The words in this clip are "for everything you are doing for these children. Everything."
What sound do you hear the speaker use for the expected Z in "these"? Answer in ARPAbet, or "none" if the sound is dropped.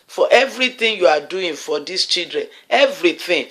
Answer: S